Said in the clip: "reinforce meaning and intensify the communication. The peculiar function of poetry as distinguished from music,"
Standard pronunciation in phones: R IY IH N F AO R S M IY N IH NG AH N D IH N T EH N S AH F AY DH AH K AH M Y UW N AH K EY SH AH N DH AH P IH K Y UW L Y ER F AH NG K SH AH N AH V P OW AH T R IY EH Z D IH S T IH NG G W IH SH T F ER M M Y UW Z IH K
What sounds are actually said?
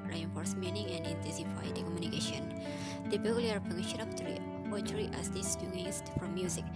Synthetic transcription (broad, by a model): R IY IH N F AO R S M IY N IH NG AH N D IH N T EH N S AH F AY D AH K AH M Y UW N AH K EY SH AH N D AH B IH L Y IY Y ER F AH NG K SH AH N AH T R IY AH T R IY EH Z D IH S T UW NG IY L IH S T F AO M M Y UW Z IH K